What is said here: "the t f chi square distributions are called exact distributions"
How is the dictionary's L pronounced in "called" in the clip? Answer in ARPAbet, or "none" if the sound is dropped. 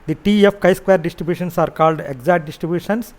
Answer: L